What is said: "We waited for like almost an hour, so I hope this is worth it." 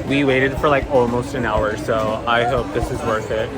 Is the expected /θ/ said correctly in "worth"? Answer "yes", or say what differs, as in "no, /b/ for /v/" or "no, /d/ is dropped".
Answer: yes